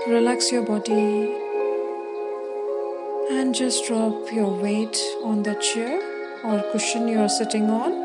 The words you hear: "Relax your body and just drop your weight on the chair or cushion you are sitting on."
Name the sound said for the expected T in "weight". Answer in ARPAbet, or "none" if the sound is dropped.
T